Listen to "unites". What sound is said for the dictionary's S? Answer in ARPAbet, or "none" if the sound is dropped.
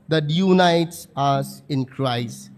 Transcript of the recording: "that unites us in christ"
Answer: S